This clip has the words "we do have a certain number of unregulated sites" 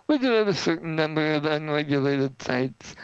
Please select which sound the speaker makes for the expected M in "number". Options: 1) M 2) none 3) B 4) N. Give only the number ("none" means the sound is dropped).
1